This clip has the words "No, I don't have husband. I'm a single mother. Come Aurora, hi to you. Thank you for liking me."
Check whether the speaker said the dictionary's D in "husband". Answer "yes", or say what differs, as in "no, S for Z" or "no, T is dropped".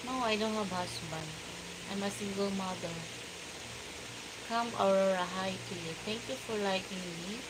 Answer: no, D is dropped